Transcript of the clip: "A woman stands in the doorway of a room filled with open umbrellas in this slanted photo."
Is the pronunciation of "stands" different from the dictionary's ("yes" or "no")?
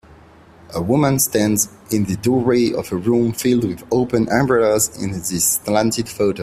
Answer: no